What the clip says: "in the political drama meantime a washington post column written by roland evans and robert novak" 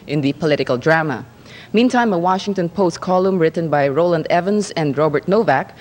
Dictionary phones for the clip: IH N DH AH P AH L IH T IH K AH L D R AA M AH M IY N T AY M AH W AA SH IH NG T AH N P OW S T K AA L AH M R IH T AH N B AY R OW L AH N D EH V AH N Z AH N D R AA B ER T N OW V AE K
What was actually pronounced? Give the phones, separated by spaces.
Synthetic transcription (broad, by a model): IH N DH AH P AH L IH T IH K AH L D R AA M AH M IY N T AY M AH W AA SH IH NG T AH N P OW S T K AA L AH M R IH T AH N B AY R OW L AH N D EH V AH N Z AH N D R AA B ER T N OW V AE K